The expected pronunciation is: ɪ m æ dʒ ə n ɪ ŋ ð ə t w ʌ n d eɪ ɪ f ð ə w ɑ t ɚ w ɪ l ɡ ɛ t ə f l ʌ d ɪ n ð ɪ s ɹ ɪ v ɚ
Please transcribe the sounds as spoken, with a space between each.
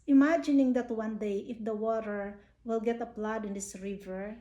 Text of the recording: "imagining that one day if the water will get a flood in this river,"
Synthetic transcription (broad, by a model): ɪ m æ dʒ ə n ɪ ŋ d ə t w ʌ n d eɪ ɪ f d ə w ɑ t ɚ w ɪ l ɡ ɛ t ə p l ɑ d ɪ n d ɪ s ɹ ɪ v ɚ